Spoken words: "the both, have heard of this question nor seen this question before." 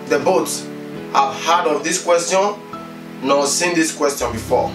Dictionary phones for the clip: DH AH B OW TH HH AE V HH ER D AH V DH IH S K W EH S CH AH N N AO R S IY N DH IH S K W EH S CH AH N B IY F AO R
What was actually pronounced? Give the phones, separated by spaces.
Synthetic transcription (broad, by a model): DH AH B OW S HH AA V HH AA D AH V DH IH S K W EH S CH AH N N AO S IY N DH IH S K W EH S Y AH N B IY F AO